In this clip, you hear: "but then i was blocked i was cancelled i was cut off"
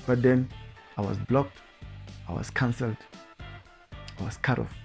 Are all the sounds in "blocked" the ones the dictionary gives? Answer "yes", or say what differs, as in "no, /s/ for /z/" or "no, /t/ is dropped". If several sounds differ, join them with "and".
yes